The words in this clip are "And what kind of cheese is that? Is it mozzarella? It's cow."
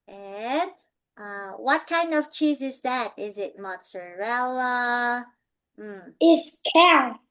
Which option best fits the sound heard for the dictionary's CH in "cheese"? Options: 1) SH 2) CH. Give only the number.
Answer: 2